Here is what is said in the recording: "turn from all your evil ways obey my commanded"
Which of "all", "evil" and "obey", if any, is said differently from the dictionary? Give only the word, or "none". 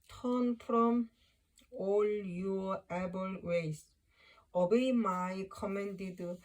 evil